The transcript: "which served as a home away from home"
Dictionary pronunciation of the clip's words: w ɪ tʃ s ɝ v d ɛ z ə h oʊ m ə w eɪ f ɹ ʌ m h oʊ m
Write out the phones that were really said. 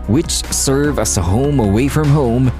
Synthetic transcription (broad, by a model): w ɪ tʃ s ɝ v ʌ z ə h oʊ m ə w eɪ f ɹ ʌ m h oʊ m